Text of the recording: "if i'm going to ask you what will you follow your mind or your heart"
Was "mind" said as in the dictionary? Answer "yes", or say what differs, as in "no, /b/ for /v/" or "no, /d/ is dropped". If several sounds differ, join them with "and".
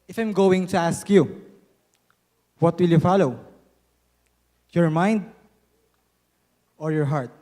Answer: yes